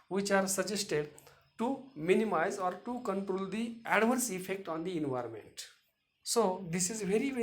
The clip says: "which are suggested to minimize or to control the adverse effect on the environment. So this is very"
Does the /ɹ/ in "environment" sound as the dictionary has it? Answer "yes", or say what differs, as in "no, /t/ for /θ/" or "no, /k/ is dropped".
yes